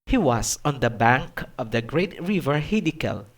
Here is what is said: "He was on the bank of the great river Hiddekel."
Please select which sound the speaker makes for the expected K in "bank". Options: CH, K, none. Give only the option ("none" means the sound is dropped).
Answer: K